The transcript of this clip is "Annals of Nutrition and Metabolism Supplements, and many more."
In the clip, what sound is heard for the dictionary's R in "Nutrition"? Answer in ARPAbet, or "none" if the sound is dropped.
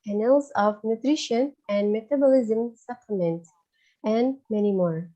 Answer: R